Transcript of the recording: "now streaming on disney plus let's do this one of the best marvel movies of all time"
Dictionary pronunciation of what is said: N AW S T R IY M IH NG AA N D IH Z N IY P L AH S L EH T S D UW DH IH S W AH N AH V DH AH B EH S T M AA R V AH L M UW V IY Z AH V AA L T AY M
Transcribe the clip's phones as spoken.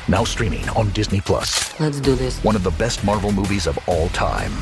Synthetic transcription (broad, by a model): N AW S T R IY M IH NG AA N D IH Z N IY P L AH S L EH T S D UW DH IH S W AH N AH V DH AH B EH S T M AA R V L M UW V IY Z AH V AA L T AY M